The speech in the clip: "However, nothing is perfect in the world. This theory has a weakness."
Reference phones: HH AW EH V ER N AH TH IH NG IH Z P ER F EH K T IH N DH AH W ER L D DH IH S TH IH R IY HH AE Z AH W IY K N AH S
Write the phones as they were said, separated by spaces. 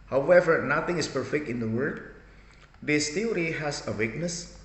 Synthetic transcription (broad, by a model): HH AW EH V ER N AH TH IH NG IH S P ER F EH K T IH N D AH W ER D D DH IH S T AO R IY HH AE S AH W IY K N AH S